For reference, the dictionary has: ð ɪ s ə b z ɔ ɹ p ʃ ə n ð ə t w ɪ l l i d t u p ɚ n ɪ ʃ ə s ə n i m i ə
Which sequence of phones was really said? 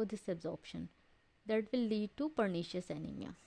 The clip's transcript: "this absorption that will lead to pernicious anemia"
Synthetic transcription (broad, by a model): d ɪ s ə b z ɔ ɹ p ʃ ə n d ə t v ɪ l l i d t u p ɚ n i ʃ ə s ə n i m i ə